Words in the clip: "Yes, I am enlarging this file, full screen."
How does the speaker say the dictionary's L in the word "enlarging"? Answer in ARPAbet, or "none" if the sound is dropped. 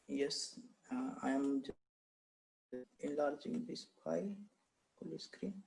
L